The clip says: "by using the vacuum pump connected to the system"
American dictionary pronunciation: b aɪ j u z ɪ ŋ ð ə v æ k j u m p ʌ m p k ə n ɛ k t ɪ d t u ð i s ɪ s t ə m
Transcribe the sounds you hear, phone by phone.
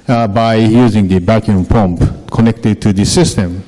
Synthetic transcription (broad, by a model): b aɪ j u z ɪ ŋ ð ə b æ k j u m p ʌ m p k ə n ɛ k t ɪ d t u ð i s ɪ s t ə m